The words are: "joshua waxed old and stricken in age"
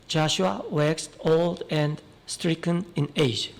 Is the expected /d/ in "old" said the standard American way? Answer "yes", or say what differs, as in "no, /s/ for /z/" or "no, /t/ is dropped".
yes